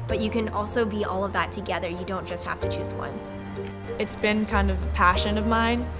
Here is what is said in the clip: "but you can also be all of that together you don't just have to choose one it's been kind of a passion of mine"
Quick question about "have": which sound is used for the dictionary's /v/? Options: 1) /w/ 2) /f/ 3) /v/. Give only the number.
2